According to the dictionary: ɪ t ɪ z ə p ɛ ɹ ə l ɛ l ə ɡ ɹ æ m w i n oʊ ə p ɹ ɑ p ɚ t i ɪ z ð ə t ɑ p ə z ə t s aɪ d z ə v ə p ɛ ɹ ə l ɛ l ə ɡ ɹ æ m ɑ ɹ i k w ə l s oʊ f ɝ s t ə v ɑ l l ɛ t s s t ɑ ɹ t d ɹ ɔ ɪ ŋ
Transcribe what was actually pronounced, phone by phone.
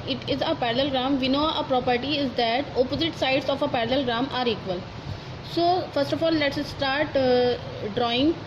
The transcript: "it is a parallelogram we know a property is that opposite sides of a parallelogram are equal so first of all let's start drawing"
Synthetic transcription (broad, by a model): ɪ t ɪ z ə p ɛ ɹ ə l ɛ l ɡ ɹ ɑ m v i n oʊ ə p ɹ ɑ p ɚ t i ɪ z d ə t ɑ p ə z ə t s aɪ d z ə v ə p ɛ ɹ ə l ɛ l ɡ ɹ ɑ m ɑ ɹ i k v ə l s oʊ f ɝ s t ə f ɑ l l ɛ t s s t ɑ ɹ t d ɹ ɔ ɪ ŋ